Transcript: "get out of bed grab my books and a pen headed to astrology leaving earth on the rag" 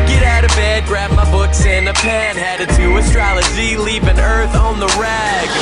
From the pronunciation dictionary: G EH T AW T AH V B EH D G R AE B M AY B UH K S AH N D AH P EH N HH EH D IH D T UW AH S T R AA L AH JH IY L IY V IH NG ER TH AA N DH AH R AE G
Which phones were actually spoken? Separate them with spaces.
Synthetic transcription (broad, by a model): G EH T AW T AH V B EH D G R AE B M AY B UH K S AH N AH P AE N HH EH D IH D T UW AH S T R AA L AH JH IY L IY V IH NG ER TH N DH AH R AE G